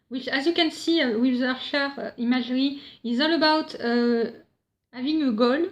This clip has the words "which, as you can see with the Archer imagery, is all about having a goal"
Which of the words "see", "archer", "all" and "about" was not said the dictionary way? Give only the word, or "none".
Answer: archer